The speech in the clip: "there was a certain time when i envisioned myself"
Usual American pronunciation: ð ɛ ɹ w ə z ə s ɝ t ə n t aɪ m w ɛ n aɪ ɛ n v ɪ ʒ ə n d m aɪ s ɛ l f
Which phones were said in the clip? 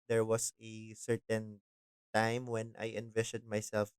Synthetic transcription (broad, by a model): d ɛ ɹ w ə s ə s ɝ t ə n t aɪ m w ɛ n aɪ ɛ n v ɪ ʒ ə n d m aɪ s ɛ l f